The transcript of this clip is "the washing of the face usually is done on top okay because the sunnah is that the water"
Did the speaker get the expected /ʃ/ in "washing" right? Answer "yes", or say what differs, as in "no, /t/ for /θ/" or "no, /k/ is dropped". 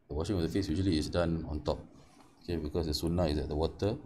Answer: yes